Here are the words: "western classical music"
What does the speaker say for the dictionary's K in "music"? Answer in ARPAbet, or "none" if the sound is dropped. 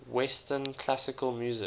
none